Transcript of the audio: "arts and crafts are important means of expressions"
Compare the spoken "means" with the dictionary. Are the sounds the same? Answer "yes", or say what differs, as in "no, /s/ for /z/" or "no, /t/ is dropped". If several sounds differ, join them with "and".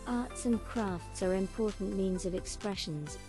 yes